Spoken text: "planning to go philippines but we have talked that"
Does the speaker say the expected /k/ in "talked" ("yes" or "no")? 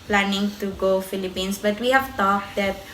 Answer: no